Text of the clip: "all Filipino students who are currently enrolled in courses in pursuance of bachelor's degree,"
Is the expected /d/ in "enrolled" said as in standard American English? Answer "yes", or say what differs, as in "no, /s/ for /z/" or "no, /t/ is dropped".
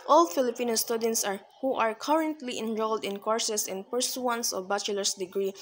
yes